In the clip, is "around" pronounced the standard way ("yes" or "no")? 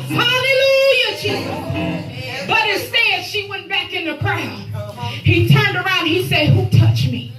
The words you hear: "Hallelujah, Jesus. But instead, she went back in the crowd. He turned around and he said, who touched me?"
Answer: no